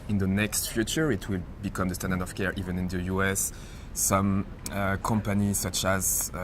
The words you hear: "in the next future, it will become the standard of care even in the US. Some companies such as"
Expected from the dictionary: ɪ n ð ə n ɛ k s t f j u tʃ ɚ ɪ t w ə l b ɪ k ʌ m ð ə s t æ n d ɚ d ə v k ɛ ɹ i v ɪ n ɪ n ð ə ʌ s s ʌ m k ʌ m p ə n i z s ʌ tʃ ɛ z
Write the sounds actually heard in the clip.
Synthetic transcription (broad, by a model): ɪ n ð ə n ɛ k s t f j u tʃ ɚ ɪ t w ə l b ɪ k ʌ m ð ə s t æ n d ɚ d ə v k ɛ ɹ i v ɪ n ɪ n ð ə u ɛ s ʌ m k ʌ m p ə n i s ʌ tʃ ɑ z